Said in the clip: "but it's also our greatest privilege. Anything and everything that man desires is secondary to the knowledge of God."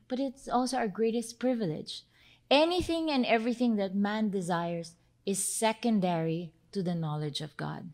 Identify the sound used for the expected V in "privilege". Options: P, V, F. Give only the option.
V